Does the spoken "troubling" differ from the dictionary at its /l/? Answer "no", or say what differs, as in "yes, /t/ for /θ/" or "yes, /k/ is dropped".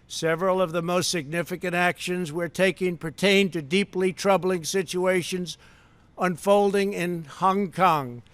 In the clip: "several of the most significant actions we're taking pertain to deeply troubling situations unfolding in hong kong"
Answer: no